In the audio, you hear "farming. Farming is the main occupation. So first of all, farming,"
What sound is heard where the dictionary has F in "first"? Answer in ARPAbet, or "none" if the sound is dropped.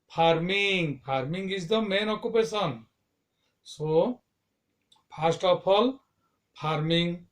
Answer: P